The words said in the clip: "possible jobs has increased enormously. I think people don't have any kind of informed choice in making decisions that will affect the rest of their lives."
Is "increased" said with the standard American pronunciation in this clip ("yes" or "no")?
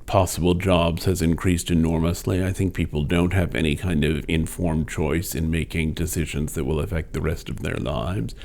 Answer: yes